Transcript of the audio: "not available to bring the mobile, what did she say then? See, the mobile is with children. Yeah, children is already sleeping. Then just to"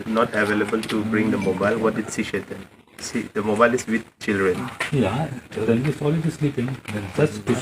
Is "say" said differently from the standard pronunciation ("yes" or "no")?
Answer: yes